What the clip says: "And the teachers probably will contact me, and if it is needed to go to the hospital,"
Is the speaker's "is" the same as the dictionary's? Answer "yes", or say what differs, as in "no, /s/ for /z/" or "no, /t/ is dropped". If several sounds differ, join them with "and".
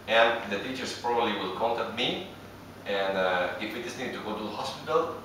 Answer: no, /s/ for /z/